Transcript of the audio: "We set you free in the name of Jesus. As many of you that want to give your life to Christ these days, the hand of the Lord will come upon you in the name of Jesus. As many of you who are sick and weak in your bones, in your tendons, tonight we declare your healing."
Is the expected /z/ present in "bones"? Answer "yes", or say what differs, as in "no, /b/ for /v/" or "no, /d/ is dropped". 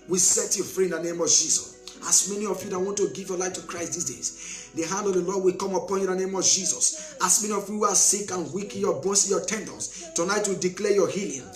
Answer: no, /s/ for /z/